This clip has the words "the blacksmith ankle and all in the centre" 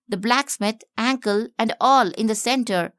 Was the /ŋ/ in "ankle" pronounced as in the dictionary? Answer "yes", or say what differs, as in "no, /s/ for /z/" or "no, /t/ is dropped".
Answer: yes